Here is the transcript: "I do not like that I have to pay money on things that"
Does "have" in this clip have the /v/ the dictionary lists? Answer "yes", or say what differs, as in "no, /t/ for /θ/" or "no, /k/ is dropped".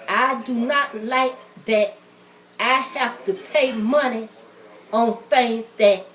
no, /f/ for /v/